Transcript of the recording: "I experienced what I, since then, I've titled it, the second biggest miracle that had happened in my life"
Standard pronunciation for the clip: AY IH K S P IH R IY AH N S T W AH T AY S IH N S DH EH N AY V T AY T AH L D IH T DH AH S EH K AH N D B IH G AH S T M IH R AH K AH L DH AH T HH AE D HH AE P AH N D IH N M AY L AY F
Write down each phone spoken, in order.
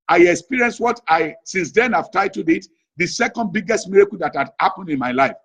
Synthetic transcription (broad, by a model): AY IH K S P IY R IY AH N S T W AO T AY S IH N S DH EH N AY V T AY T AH D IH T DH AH S EH K AH N D B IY G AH S T M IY R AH K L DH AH T HH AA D HH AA P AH N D IH N M AY L AY F